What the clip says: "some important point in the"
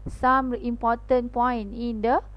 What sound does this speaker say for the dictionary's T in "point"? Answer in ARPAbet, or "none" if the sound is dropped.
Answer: none